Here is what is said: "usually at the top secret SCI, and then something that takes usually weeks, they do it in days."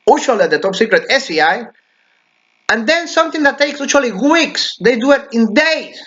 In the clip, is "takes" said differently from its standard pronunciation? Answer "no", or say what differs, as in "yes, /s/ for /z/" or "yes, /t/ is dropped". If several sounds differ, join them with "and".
no